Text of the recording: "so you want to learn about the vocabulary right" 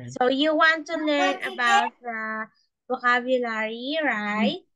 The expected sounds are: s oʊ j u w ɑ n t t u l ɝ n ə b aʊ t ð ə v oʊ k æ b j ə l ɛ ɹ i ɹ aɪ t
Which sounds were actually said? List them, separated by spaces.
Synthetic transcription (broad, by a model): s oʊ j u w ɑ n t t u l ɝ n ə b aʊ t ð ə b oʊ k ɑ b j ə l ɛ ɹ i ɹ aɪ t